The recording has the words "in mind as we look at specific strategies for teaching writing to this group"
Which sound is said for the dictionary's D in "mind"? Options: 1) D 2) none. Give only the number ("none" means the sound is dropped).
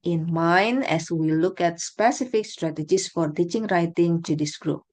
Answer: 2